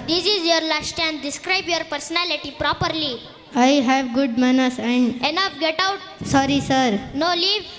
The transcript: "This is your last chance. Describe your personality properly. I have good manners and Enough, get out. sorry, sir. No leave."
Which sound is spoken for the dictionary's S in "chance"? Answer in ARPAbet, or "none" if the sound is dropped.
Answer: none